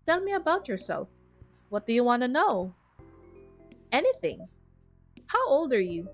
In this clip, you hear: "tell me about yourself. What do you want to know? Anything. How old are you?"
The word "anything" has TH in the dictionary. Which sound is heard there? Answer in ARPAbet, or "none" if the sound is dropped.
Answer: TH